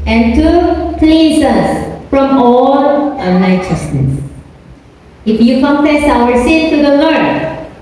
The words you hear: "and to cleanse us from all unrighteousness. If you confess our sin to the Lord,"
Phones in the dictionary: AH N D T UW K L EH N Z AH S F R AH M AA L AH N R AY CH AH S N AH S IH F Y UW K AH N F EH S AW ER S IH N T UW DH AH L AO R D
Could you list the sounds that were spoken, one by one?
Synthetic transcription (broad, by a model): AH N T UW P L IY Z AH S F R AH M AA L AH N AY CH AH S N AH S IH F Y UW K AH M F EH S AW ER S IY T T UW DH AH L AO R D